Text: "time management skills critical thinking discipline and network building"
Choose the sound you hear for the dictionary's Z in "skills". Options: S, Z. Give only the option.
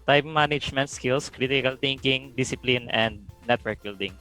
S